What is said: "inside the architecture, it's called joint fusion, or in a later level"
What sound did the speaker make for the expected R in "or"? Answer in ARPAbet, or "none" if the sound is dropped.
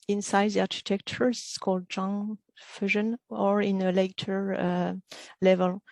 R